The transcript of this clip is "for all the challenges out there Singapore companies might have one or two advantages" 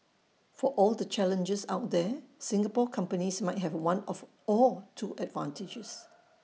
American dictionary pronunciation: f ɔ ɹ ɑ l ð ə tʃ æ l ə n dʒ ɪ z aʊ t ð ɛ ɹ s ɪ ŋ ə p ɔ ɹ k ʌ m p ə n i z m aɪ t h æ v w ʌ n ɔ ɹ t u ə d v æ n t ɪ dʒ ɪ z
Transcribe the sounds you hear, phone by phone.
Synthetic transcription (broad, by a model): f ɔ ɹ ɑ l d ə tʃ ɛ l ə n dʒ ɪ s aʊ t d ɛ s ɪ ŋ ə p ɔ k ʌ m p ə n i s m aɪ t h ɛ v w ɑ n ɔ l t u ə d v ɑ n t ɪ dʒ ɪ s